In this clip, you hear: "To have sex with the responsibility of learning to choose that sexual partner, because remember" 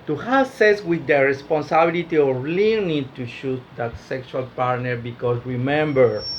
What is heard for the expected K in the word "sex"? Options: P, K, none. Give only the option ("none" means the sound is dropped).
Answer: none